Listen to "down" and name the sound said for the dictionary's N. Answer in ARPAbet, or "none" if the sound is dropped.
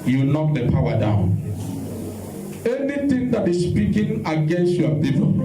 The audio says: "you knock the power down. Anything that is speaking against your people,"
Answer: N